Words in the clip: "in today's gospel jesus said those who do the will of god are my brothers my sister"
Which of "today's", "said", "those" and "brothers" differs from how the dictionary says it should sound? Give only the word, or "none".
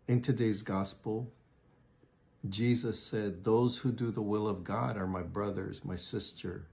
none